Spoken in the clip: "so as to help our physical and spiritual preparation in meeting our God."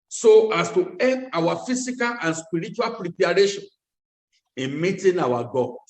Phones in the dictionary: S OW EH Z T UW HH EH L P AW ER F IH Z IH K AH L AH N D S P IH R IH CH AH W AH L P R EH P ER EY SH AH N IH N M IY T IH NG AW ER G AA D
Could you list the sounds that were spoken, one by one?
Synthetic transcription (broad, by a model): S OW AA S T UW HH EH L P AW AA F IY S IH K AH L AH N S P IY R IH CH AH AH L P R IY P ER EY SH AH N IH N M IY T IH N AW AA G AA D